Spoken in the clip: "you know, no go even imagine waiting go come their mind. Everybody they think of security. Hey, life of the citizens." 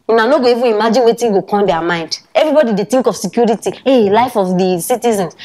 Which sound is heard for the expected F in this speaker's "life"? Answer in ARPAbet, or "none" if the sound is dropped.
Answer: F